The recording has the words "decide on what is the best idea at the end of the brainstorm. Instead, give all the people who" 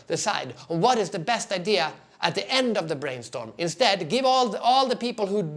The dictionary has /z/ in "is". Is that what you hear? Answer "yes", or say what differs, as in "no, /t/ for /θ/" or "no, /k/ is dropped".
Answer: yes